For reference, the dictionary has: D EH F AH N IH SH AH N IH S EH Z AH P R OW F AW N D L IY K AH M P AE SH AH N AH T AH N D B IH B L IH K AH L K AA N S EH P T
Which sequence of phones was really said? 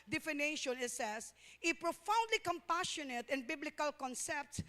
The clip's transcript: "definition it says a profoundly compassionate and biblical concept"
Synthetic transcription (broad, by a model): D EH F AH N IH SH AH N IH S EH S AH P R OW F AW N D L IY K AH M P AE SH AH N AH T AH N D B IH B L IH K AH L K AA N S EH P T